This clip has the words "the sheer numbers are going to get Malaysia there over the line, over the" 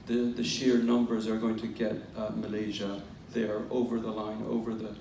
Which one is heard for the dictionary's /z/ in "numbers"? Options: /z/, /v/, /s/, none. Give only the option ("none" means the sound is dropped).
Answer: /z/